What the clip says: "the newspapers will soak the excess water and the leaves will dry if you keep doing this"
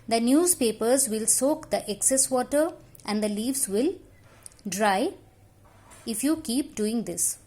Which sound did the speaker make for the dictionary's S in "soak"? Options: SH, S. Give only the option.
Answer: S